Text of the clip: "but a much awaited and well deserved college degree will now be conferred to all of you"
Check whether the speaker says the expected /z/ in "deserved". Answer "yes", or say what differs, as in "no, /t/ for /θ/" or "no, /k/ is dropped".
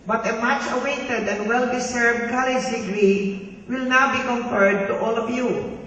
no, /s/ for /z/